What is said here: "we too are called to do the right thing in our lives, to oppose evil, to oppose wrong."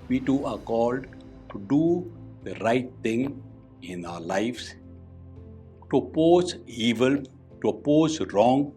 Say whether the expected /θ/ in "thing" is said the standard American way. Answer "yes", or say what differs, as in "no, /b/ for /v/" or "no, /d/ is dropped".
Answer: no, /t/ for /θ/